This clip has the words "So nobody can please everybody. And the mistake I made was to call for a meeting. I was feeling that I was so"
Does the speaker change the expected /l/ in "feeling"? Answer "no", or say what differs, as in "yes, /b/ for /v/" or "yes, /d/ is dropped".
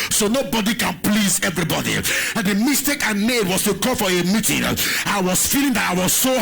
no